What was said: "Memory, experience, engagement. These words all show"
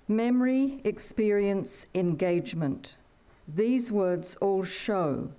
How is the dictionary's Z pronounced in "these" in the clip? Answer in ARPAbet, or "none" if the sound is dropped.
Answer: Z